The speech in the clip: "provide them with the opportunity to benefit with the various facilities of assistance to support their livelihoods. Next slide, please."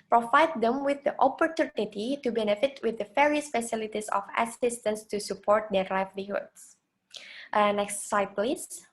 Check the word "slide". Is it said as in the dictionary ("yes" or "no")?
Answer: no